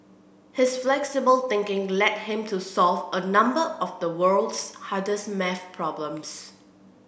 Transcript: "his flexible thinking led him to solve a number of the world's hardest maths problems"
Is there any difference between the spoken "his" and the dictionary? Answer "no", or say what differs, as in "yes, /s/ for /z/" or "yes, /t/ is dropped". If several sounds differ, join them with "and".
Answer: yes, /s/ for /z/